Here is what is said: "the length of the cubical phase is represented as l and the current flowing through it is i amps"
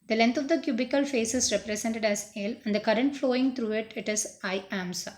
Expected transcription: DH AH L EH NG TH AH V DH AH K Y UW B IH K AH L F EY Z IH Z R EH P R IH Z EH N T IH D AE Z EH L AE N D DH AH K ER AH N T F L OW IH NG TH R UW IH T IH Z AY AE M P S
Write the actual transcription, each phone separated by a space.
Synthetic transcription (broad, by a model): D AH L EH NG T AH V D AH K Y UW B IH K AH L F EY S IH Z R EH P R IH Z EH N T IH D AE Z EH L AE N D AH K ER AH N T F L OW IH NG T R UW IH T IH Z AY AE M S